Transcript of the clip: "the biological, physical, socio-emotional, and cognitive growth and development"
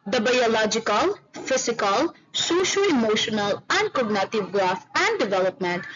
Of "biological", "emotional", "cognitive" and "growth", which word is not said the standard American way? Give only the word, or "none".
growth